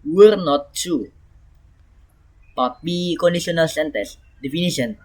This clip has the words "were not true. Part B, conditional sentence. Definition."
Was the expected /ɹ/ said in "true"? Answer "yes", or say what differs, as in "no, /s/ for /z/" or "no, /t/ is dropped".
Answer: no, /ɹ/ is dropped